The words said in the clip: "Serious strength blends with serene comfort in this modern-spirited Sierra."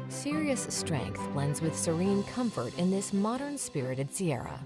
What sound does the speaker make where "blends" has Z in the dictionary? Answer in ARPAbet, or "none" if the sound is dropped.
Z